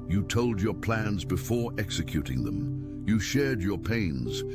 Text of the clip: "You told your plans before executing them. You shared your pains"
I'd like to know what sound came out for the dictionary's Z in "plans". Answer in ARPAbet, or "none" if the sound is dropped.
Z